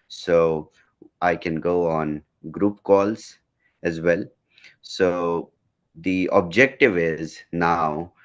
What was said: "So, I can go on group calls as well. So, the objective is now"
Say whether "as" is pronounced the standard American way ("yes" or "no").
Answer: yes